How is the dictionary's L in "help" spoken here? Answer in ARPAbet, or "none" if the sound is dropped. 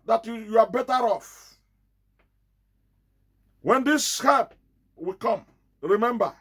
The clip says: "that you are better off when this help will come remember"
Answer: none